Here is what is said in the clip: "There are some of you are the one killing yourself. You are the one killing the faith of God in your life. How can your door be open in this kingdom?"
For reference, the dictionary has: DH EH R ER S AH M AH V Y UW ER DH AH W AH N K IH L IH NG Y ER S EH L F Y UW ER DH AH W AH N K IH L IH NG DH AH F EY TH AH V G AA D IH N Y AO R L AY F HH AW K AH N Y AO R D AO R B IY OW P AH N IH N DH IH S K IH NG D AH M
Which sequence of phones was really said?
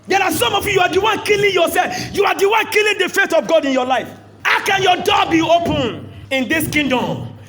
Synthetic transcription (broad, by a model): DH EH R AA S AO M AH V Y UW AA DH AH W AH N K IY L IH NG Y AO S EH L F Y UW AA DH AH W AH N K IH L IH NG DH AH F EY T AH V G AA D IH N Y AO L AY F HH AW K AH N Y AO D AO B IY OW P AH N IH N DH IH S K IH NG D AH M